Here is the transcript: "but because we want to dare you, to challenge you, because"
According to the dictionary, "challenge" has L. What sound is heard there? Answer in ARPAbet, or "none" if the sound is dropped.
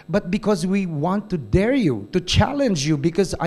L